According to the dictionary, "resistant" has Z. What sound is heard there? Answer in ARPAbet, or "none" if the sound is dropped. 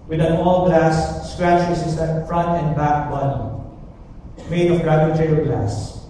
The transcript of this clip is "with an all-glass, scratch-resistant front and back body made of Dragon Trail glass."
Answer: S